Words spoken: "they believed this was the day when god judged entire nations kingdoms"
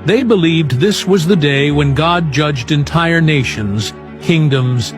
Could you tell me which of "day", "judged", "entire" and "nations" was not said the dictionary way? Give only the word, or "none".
none